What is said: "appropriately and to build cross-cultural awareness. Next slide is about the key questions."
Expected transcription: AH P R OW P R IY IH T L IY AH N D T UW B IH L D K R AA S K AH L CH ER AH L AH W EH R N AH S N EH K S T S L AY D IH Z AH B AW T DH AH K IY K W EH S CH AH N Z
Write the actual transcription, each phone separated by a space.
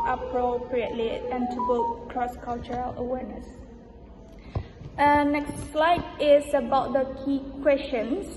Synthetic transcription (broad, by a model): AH P R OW P R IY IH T L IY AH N T UW B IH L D K R AA S K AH L CH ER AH L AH W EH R N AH S N EH K S T S L AY D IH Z AH B AW T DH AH K IY K W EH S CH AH N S